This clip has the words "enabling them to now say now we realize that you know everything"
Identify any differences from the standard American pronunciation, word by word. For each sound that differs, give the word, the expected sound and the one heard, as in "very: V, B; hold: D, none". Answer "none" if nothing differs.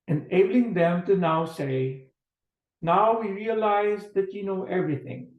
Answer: none